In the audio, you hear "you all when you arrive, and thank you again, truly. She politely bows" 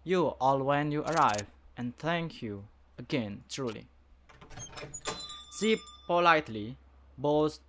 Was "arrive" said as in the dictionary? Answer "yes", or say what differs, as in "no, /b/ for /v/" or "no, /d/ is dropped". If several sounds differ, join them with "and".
yes